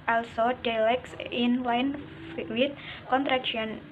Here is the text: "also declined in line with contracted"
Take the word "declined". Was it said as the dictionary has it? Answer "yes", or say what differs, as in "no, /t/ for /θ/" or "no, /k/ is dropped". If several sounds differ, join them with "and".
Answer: no, /k/ is dropped